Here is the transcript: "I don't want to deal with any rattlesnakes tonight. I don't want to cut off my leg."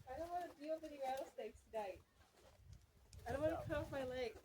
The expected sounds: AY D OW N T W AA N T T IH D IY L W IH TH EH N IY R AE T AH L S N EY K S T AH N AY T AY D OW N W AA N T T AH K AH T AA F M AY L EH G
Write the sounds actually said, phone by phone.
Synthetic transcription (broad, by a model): AY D OW N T W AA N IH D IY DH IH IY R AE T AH S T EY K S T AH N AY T AY D OW N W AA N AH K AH AA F M AY L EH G